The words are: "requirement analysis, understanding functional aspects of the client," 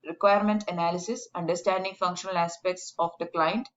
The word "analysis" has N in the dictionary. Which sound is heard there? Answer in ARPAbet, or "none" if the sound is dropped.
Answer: N